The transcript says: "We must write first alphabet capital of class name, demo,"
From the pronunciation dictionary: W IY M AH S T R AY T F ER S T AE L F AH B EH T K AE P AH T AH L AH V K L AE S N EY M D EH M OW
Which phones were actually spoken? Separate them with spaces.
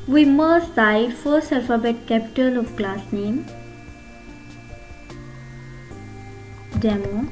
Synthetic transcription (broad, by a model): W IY M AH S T AY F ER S EH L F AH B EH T K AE P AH T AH L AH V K L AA S N EY M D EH M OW